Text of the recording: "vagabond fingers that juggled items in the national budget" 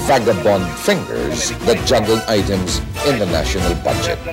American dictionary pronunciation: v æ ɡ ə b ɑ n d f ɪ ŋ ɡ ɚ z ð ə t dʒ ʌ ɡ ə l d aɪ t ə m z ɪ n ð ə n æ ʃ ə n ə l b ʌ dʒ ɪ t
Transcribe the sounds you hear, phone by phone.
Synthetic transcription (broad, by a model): v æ ɡ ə b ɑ n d f ɪ ŋ ɡ ɚ z ð ə t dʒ ʌ ɡ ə l aɪ t ə m z ɪ n ð ə n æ ʃ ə n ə l b ʌ dʒ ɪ t